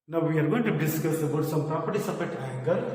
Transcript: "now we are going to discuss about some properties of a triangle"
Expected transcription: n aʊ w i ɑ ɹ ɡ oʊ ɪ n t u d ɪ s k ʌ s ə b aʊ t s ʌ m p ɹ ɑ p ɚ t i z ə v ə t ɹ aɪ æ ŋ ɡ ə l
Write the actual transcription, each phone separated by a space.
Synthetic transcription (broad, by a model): n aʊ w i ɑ ɹ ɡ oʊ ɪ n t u d ɪ s k ʌ s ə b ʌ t s ʌ m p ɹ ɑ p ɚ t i s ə p ə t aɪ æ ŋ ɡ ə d